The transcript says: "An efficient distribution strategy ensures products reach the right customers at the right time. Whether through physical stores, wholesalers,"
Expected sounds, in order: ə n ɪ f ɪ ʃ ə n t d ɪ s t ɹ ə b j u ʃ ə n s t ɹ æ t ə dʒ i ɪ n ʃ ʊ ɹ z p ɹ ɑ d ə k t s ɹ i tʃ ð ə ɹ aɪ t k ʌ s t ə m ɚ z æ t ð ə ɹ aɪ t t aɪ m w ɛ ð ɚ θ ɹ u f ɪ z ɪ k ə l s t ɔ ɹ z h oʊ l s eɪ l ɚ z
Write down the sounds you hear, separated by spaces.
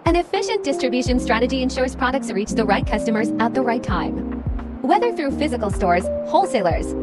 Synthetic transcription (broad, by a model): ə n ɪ f ɪ ʃ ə n d ɪ s t ɹ ə b j u ʃ ə n s t ɹ æ t ə dʒ i ɪ n ʃ ʊ ɹ z p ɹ ɑ d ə k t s ɹ i tʃ ð ə ɹ aɪ t k ʌ s t ə m ɚ z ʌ t ð ə ɹ aɪ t t aɪ m w ɛ ð ɚ θ ɹ u f ɪ z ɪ k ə l s t ɔ ɹ z h oʊ l s eɪ l ɚ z